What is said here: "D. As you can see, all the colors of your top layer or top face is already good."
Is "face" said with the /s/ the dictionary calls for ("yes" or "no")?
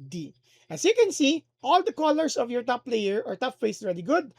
no